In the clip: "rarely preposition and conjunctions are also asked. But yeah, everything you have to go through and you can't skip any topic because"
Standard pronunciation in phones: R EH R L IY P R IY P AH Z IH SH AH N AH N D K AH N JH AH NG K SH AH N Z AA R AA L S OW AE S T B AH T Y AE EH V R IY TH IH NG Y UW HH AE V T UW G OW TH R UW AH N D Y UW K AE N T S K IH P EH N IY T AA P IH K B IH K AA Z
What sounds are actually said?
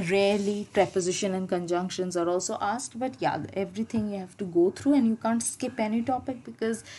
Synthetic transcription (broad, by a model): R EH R L IY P R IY P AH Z IH SH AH N AH N D K AH N JH AH NG K SH AH N Z AA R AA L S OW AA S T B AH T Y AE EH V R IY T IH NG Y UW HH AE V T UW G OW T R UW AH N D Y UW K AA N T S K IH P EH N IY T AA P IH K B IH K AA Z